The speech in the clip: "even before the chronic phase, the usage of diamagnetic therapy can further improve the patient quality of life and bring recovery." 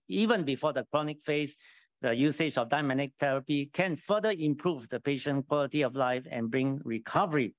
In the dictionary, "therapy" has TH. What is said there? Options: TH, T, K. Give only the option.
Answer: T